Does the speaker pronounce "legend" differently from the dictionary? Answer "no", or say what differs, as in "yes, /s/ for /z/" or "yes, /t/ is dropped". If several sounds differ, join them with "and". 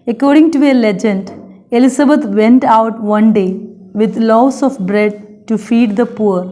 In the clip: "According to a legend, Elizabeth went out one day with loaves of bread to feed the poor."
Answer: no